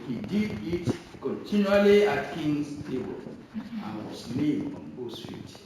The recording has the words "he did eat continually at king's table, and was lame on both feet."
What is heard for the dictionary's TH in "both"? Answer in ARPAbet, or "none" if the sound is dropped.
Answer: S